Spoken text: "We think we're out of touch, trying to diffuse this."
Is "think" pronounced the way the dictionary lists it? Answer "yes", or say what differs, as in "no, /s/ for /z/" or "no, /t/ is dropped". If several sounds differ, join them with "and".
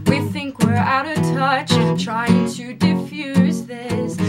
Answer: yes